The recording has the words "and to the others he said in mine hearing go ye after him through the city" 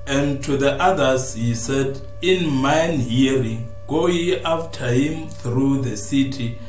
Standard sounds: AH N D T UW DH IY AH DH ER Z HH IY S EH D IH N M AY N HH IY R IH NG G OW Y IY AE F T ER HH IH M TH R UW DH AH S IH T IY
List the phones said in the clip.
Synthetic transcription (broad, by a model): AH N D T UW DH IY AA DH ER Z HH IY S EH D IH N M AY N HH IY R IH NG G OW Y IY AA F T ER HH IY M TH R UW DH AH S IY T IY